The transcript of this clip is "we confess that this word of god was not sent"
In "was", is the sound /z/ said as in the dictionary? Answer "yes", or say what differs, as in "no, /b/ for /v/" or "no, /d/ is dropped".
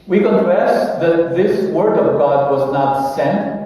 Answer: yes